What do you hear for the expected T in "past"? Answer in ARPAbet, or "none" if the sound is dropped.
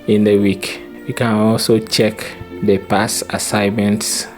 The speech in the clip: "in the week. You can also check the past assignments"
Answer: none